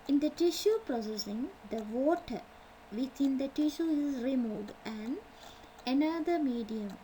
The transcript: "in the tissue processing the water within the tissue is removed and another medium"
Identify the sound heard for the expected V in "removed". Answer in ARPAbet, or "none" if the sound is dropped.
none